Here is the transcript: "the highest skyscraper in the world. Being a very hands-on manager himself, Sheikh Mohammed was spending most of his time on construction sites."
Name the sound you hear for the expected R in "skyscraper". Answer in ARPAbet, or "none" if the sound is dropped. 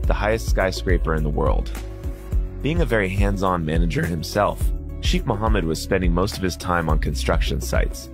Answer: R